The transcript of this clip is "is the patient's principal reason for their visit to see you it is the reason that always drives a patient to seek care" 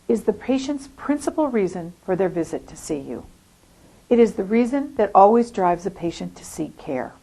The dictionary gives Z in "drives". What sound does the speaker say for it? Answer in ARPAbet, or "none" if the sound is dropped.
Z